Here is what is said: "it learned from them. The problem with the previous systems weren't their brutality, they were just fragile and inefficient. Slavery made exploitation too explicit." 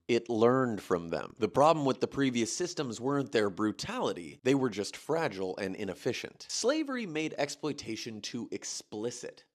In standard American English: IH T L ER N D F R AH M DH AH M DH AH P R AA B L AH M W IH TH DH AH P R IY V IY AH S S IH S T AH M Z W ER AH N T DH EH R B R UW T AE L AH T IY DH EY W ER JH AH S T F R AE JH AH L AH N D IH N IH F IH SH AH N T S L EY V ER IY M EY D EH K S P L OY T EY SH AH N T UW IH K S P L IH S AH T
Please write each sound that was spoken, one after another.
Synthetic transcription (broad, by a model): IH T L ER N D F R AH M DH AH M DH AH P R AA B L AH M W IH DH AH P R IY V IY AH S S IH S T AH M Z W ER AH N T DH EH R B R UW T AE L AH T IY DH EY W ER JH AH S T F R AE JH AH L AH N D IH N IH F IH SH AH N T S L EY V ER IY M EY D EH K S P L OY T EY SH AH N T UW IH K S P L IH S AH T